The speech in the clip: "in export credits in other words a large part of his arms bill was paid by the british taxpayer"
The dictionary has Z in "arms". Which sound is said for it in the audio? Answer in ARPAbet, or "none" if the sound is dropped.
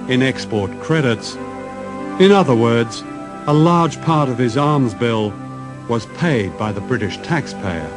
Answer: Z